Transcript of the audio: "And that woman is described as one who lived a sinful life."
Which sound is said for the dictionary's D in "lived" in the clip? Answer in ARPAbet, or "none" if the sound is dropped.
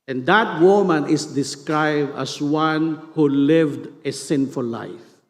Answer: D